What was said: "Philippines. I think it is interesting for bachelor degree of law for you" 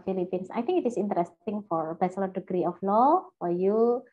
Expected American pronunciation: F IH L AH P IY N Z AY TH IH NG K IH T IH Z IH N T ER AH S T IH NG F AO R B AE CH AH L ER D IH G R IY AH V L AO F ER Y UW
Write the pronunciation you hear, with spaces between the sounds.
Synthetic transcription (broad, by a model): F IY L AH P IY N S AY T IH NG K IH T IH S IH N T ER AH S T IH NG F AO R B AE S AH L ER D IH G R IY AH F L AO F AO Y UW